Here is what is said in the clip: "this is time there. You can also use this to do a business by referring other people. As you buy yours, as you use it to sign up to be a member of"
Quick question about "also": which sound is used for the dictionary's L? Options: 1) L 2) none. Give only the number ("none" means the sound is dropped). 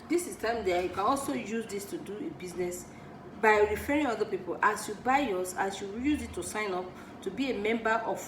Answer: 1